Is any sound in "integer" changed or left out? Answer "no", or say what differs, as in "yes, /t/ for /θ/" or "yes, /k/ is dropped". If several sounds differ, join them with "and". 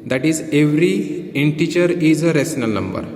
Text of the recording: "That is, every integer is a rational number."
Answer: yes, /tʃ/ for /dʒ/